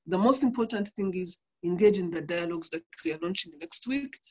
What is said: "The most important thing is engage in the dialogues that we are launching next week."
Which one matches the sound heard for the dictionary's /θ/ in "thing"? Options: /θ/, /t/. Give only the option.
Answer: /θ/